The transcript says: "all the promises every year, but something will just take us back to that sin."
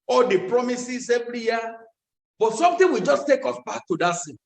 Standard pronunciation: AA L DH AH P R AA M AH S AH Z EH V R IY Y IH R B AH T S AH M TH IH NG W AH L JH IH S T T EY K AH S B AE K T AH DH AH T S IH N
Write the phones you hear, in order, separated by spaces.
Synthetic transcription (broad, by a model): AA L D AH P R AA M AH S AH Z EH V R IY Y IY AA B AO T S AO M T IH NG W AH JH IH S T T EY K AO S B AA K T AH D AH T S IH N